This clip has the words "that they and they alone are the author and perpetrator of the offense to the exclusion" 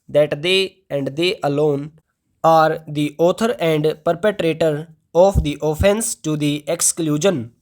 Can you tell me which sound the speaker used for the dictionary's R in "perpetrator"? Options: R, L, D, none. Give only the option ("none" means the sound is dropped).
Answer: R